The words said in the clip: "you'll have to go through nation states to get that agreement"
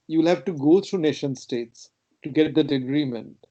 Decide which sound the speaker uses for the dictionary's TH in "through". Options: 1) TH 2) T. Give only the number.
2